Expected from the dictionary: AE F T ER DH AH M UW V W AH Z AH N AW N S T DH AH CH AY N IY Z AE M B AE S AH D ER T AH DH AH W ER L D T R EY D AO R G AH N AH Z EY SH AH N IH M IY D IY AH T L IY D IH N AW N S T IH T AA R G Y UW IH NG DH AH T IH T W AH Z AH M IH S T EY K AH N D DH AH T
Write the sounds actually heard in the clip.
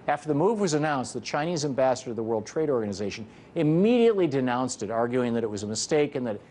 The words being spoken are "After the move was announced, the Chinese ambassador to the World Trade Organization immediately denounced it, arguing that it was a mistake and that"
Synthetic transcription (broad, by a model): AE F T ER DH AH M UW V W AH Z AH N AW N S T DH AH CH AY N IY Z AE M B AE S AH D ER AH DH AH W ER L D T R EY D AO R G AH N AH Z EY SH AH N IH M IY D IY AH T L IY D IH N AW N S T IH T AA R G Y UW IH NG DH AH T IH T W AH Z AH M IH S T EY K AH N DH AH T